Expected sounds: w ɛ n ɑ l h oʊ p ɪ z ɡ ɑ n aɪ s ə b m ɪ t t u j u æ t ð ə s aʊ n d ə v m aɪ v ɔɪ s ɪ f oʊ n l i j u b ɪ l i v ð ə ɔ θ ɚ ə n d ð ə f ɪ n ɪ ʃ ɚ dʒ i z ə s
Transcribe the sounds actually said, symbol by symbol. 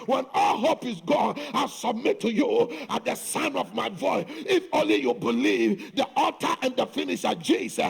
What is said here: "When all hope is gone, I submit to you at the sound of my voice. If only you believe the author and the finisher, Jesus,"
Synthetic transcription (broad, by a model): w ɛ n ɑ l h oʊ p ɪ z ɡ ɑ n aɪ s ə b m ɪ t t u j u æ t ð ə s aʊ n ə v m aɪ v ɔɪ s ɪ f oʊ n l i j u b ɪ l i v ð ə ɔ t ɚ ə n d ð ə f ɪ n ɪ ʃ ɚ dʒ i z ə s